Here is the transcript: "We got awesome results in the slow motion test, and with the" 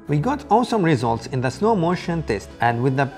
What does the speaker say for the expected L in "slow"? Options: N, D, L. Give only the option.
N